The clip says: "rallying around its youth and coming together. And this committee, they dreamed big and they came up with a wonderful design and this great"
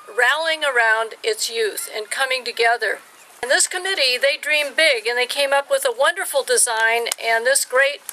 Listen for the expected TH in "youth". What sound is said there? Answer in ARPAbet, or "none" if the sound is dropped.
TH